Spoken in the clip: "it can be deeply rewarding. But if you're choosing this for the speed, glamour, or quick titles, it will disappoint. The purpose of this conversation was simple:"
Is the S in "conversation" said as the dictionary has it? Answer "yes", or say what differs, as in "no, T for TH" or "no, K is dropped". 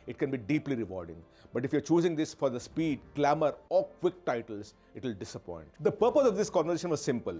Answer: no, S is dropped